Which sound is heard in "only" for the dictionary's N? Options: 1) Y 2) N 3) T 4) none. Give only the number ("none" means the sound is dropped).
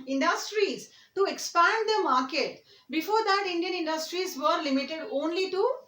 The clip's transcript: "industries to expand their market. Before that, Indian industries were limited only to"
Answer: 2